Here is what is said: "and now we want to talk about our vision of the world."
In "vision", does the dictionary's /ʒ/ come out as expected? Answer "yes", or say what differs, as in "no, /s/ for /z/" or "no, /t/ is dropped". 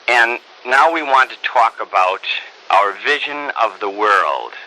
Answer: yes